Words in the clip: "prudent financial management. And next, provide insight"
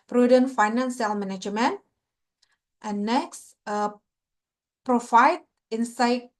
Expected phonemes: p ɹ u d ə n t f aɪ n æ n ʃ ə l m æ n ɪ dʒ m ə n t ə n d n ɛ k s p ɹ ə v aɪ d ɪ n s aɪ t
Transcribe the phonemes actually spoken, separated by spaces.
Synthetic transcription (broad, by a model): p ɹ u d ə n f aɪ n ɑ n s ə l m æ n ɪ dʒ m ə n t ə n n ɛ k s p ɹ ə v aɪ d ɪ n s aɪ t